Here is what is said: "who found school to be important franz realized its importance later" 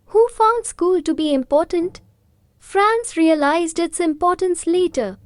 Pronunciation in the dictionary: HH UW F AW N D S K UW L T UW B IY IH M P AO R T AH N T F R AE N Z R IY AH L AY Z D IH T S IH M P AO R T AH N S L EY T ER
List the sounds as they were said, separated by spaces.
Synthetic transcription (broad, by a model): HH UW F AW N D S K UW L T UW B IY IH M P AO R T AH N T F R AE N S R IY AH L AY Z D IH T S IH M P AO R T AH N S L EY T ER